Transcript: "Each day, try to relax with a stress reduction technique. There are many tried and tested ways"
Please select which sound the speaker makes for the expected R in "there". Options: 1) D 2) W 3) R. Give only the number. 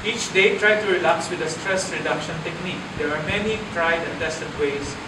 2